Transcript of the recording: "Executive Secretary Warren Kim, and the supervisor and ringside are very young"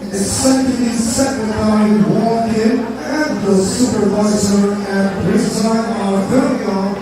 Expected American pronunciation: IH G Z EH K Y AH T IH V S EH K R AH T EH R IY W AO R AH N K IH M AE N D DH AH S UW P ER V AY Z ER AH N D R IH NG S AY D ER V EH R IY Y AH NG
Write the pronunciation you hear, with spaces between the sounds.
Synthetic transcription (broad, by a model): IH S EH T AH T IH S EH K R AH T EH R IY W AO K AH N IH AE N DH AH S UW P ER V AY Z ER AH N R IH S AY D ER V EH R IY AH